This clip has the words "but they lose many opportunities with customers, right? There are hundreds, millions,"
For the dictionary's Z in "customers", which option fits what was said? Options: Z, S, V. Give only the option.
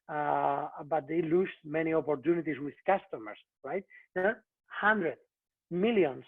S